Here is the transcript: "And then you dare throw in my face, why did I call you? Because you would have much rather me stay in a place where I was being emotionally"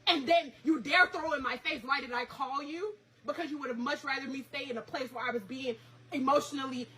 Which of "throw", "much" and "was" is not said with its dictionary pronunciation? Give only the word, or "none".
none